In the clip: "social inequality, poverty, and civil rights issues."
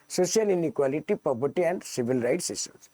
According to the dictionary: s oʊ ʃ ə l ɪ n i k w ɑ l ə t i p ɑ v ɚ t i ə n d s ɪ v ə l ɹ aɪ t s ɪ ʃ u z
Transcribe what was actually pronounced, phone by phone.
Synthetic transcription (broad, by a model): s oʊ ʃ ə l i n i k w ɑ l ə t i p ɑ b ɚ t i ə n d s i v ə l ɹ aɪ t s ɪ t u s